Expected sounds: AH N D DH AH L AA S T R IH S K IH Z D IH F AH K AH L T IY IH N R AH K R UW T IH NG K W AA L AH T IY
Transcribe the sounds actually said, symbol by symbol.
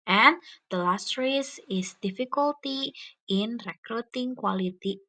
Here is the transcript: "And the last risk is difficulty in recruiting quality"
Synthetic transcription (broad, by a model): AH N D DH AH L AA S T R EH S IH S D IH F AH K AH L T IY IH N R AH K R UW T IH NG K W AA L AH T IY